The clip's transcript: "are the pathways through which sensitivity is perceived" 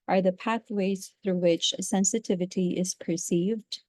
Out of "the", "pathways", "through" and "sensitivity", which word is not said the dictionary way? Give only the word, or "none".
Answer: none